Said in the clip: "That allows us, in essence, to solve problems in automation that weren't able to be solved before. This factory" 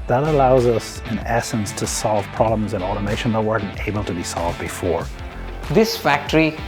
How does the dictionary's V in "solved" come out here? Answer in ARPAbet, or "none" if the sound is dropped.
V